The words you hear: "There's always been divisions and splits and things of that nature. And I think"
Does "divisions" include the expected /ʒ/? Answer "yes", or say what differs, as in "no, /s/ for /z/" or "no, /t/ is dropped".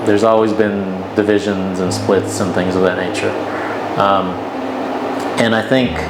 yes